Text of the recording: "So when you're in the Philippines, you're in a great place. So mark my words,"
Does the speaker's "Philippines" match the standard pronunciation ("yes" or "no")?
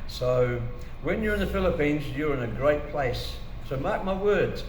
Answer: yes